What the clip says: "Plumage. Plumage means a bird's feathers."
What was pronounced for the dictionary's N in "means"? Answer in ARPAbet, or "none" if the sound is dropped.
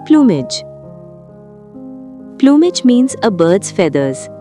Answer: N